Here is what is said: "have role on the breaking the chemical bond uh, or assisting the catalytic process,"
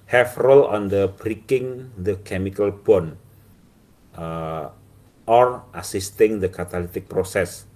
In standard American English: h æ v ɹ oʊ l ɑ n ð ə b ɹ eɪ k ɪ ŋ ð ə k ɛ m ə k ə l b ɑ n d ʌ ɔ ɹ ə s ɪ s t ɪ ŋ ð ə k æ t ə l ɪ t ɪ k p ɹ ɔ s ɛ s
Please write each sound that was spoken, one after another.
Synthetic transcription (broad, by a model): h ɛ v ɹ oʊ l ɑ n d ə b ɹ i k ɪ ŋ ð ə k ɛ m ə k ə l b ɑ n ʌ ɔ ɹ ə s ɪ s t ɪ ŋ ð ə k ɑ t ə l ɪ t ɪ k p ɹ ɔ s ɛ s